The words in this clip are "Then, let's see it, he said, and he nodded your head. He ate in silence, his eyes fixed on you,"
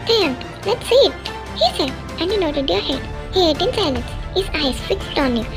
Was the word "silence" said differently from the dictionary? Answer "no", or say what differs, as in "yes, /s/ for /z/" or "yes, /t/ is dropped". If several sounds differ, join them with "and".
yes, /n/ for /l/